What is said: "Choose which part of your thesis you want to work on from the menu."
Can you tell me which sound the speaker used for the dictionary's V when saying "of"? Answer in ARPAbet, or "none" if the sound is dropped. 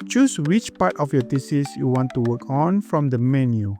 F